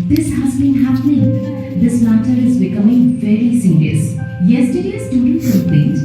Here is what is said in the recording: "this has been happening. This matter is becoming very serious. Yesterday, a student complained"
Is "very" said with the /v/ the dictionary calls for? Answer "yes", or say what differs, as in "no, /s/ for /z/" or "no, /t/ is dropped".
no, /f/ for /v/